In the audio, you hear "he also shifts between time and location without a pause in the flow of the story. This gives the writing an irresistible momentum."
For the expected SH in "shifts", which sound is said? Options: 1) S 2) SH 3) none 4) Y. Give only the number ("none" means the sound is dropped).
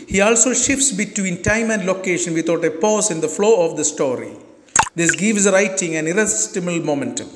2